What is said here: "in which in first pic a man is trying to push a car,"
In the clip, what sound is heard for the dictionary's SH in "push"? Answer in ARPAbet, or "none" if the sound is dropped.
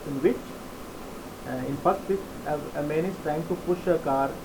SH